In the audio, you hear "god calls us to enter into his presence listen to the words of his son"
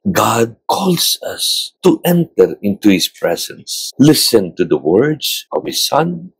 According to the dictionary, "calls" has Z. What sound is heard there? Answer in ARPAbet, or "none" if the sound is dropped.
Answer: S